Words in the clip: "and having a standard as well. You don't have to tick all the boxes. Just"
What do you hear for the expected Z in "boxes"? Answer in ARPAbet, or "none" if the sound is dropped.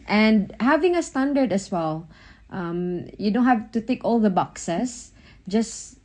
S